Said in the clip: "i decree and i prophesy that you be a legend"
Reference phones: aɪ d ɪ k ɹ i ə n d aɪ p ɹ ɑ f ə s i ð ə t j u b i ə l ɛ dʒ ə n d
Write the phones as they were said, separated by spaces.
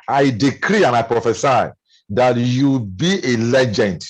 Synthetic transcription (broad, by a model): aɪ d ɪ k ɹ i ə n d aɪ p ɹ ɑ f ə s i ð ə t j u b i ə l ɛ dʒ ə n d